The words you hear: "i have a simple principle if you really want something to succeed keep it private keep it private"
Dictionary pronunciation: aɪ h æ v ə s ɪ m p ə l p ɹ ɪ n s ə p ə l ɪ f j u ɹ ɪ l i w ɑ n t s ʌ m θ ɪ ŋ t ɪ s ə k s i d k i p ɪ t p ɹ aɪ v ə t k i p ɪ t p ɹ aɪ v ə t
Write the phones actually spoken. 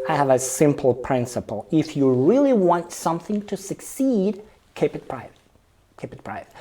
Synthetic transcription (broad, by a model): aɪ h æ v ə s ɪ m p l p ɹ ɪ n s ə p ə l ɪ f j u ɹ ɪ l i w ɑ n t s ʌ m θ ɪ ŋ t ɪ s ə k s i d k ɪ p ɪ t p ɹ aɪ v ə t k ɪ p ɪ t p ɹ aɪ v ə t